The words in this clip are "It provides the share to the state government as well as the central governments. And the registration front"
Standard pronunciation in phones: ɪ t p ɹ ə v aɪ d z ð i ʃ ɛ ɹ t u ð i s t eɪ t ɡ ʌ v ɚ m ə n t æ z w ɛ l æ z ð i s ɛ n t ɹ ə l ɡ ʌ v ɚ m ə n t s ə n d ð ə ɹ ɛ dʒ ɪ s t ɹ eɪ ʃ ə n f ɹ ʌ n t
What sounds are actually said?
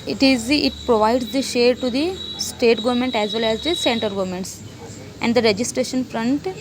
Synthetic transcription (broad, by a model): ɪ t p ɹ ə v aɪ d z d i ʃ ɛ ɹ t u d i s t eɪ t ɡ ʌ v ɚ m ə n t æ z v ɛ l æ z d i s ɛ n t ə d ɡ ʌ v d m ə n t s ə n d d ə ɹ ɛ dʒ ɪ s t ɹ eɪ ʃ ə n f ɹ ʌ n t